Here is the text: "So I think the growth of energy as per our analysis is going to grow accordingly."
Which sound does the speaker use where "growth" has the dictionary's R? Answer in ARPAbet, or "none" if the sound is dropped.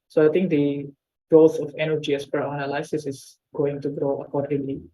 none